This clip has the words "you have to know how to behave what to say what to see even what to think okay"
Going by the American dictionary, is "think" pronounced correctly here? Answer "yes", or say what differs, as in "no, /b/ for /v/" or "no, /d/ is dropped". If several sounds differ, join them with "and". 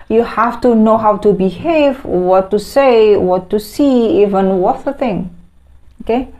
no, /k/ is dropped